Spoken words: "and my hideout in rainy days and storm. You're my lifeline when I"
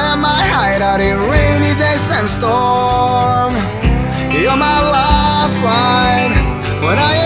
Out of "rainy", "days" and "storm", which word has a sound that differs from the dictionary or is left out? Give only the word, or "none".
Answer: days